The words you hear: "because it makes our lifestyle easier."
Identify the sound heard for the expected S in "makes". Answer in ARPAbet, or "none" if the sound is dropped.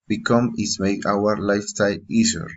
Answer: none